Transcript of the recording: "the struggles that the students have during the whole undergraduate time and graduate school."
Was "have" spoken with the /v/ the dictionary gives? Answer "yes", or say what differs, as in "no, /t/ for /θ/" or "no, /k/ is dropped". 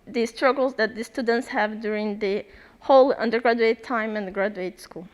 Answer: yes